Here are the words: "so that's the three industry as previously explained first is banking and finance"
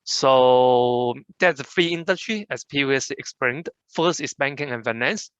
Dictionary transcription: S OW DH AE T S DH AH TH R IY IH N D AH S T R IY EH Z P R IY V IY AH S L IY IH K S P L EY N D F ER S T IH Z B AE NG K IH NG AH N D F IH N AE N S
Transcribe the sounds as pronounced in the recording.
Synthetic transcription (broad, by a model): S OW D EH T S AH F R IY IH N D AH S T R IY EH S P R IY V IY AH S L IY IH K S P EY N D F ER S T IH S B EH NG K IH NG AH N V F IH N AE N S